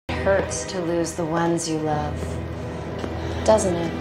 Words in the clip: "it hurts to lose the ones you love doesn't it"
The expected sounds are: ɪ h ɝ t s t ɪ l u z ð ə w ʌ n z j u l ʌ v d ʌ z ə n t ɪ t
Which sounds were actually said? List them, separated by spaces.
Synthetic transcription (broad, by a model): h ɝ t s t ɪ l u z ð ə w ʌ n z j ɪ l ʌ v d ʌ z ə n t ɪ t